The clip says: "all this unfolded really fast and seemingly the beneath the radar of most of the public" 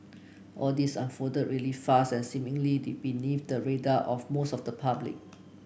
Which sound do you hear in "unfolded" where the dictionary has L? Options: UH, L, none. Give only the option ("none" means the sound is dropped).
none